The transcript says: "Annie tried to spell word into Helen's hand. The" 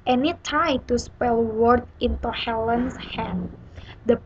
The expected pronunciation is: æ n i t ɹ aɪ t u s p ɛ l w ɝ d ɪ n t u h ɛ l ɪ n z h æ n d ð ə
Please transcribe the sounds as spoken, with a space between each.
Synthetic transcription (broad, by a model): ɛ n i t aɪ t u s p ɛ l w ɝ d ɪ n t u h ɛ l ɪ n s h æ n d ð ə